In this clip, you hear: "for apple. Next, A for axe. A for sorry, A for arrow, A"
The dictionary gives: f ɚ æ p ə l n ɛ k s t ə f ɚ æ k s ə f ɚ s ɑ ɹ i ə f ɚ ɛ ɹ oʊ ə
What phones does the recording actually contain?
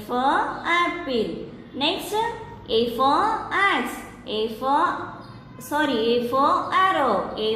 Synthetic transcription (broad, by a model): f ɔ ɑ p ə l n ɛ k s t ə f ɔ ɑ s ə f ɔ s ɑ ɹ i ə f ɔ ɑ ɹ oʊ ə